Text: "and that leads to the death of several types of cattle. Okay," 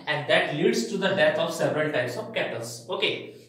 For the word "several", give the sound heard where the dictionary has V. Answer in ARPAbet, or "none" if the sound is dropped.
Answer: V